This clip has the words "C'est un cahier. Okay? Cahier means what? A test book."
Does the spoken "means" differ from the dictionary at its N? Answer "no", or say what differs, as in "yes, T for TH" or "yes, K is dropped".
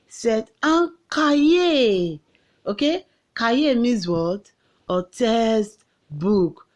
yes, N is dropped